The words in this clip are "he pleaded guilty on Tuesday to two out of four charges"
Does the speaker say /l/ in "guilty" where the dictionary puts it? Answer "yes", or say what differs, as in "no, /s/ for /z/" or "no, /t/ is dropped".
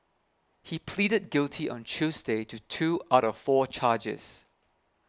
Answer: yes